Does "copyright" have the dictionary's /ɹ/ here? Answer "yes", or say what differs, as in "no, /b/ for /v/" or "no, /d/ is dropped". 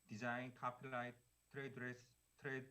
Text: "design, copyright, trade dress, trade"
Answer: no, /l/ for /ɹ/